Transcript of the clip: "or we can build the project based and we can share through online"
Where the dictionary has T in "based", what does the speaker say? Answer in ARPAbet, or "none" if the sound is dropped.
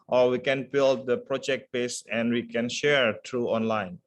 none